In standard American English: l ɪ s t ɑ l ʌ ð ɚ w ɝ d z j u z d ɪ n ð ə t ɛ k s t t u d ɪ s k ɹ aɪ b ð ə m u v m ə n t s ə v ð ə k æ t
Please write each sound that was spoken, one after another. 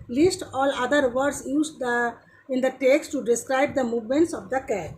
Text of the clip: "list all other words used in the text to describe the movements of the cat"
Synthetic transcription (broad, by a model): l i s t ɑ l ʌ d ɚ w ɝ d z j u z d ɪ n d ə t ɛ k s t t u d ɪ s k ɹ aɪ b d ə m u v m ə n t s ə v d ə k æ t